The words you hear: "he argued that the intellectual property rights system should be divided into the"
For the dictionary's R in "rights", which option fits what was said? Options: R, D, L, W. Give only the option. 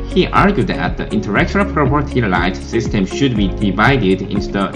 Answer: L